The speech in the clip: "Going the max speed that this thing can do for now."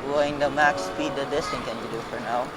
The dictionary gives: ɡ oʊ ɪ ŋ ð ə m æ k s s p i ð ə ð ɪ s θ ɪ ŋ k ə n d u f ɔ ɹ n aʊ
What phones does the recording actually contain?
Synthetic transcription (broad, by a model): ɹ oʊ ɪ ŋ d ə m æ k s s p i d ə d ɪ s t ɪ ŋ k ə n d u f ɔ ɹ n aʊ